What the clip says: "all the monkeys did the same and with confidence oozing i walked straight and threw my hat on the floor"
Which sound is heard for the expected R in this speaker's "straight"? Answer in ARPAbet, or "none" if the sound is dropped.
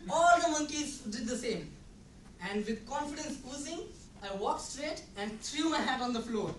R